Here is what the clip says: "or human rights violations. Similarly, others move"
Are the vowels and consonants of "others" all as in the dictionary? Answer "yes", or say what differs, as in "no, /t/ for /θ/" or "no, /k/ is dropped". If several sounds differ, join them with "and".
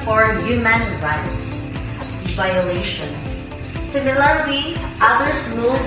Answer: no, /s/ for /z/